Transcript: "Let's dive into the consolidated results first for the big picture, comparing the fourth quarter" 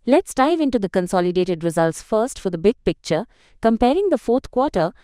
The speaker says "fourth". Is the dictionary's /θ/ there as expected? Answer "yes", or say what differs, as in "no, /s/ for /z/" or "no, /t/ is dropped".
no, /t/ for /θ/